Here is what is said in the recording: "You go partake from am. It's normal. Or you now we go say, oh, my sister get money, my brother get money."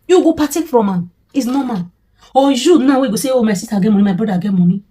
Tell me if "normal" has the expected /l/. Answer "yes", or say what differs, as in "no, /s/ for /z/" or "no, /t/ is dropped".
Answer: no, /n/ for /l/